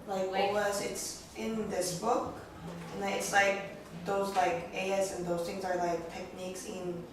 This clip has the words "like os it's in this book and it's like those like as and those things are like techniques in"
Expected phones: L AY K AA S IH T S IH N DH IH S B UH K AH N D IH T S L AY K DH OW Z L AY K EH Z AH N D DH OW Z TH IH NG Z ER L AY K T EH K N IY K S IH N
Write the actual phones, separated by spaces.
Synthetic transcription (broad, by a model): L AY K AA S IH T S IH N DH IH S B UH K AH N IH T S L AY K DH OW Z L AY K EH S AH N DH OW Z TH IH NG Z ER L AY K T EH K N IY K S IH N